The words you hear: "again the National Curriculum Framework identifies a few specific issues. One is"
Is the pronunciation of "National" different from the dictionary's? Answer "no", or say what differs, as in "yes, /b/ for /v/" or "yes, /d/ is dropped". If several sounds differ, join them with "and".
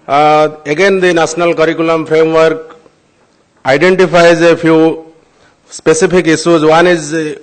yes, /s/ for /ʃ/